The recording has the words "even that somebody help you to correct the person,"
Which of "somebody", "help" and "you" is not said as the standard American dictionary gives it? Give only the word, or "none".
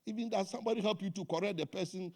none